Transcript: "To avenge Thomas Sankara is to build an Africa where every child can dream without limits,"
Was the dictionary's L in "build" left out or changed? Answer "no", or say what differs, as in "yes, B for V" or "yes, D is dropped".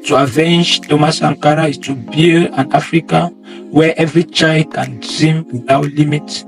yes, N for L